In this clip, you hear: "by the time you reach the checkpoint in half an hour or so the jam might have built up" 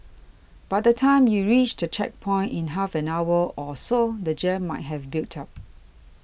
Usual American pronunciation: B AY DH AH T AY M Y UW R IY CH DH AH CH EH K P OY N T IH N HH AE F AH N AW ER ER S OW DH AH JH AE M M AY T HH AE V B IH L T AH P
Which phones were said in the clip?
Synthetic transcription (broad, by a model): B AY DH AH T AY M Y UW R IY CH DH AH CH EH K P OY N T IH N HH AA F AH N AW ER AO S OW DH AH JH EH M M AY T HH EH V B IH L T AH P